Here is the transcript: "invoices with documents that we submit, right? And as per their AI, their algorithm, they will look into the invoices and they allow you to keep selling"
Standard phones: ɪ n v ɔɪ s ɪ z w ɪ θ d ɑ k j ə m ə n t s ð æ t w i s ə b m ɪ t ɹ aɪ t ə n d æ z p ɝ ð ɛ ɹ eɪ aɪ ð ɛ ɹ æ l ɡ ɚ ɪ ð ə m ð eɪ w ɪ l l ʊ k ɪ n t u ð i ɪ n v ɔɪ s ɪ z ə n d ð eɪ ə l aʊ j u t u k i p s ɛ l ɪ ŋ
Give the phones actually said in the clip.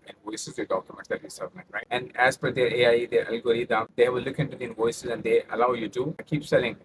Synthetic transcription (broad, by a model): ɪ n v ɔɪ s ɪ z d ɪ d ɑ k j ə m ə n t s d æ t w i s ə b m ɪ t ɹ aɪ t ə n d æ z f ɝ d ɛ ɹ eɪ aɪ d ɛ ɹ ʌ l ɡ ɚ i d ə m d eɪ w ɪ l l ʊ k ɪ n t u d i ɪ n v ɔɪ s ɪ z ə n d eɪ ə l aʊ j u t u k i p s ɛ l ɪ ŋ